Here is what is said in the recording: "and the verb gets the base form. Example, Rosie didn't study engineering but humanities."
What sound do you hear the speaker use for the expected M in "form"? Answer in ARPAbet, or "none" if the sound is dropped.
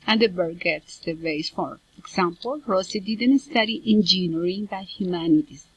none